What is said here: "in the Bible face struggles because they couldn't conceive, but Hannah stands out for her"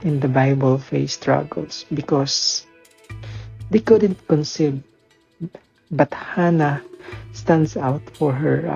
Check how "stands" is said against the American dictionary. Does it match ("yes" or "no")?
no